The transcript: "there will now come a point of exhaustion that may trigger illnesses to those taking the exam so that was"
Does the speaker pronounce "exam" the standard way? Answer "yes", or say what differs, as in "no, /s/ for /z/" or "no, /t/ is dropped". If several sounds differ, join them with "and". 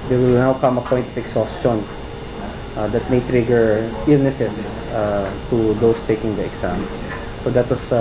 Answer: no, /s/ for /z/